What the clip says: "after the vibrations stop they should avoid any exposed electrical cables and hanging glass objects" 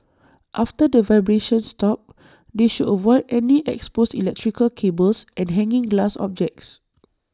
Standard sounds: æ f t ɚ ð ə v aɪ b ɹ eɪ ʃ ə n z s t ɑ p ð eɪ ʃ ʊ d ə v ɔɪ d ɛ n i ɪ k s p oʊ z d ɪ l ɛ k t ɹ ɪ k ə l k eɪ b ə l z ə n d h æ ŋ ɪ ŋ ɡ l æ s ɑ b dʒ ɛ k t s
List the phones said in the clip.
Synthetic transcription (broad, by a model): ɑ f t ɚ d ə v aɪ b ɹ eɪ ʃ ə n s t ɑ p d eɪ ʃ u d ə v ɔɪ d ɛ n i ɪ k s p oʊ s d ɪ l ɛ k t ɹ ɪ k ə l k eɪ b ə l s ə n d h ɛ ŋ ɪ ŋ ɡ l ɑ s ɑ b dʒ ɛ k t s